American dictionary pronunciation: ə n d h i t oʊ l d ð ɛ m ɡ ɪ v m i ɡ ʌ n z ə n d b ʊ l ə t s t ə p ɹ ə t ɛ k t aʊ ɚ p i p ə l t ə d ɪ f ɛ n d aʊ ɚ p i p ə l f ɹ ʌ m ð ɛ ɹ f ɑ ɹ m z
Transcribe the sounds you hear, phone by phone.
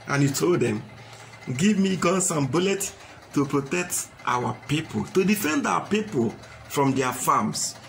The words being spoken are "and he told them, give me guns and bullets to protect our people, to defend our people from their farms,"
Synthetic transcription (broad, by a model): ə n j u t oʊ l d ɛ m ɡ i v m i ɡ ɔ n s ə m b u l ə t t ə p ɹ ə t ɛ k t aʊ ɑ p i p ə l t ə d ɪ f ɛ n d aʊ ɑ p i p ə l f ɹ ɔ m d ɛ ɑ f ɑ m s